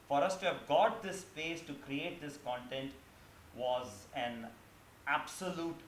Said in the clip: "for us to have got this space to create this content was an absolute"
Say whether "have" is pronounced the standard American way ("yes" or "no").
yes